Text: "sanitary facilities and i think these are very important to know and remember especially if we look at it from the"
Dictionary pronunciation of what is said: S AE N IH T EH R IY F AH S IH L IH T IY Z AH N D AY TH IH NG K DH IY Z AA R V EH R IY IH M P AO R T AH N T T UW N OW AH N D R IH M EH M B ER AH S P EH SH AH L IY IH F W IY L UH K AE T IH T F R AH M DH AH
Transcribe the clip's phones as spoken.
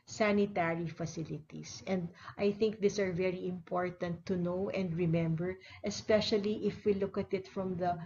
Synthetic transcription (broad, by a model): S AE N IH T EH R IY F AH S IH L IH T IY S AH N D AY TH IH NG K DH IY S AA R V EH R IY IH M P AO R T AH N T T UW N OW AH N D R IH M EH M B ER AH S P EH SH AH L IY IH F W IY L UH K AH T IH T F R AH M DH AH